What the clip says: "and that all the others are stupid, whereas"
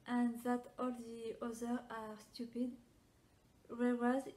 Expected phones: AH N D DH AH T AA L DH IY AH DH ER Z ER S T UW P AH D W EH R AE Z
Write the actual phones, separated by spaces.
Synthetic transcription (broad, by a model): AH N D DH AH T AA L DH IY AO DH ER AA S T UW P AH D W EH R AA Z